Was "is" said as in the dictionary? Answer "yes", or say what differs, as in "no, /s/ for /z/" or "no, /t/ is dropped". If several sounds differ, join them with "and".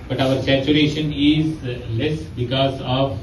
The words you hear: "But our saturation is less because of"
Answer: yes